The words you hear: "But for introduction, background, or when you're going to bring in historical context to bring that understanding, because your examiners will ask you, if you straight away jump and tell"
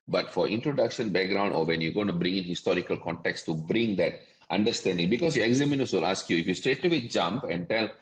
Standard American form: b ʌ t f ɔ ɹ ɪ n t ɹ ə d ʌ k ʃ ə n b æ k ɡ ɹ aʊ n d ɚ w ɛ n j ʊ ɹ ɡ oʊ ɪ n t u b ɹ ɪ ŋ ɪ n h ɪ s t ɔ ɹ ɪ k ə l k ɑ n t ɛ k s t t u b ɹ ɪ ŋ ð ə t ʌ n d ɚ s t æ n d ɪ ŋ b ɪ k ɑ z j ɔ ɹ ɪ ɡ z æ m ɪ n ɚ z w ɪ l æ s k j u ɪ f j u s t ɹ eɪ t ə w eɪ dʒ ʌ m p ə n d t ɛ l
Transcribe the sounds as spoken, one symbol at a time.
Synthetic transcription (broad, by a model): b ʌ t f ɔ ɹ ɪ n t ɹ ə d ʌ k ʃ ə n b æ k ɡ ɹ aʊ n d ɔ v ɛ n j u ɡ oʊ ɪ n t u b ɹ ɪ ŋ ɪ n h ɪ s t ɔ ɹ ɪ k ə l k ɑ n t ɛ k s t t u b ɹ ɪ ŋ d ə t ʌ n d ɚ s t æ n d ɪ ŋ b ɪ k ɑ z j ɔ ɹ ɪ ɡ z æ m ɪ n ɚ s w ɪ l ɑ s k j u ɪ f j u s t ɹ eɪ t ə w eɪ dʒ ʌ m p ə n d t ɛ l